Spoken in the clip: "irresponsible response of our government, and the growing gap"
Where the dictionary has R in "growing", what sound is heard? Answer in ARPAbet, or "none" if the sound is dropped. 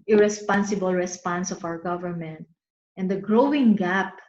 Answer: R